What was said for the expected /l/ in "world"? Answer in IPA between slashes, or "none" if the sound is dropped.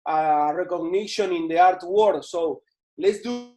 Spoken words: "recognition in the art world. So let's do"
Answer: none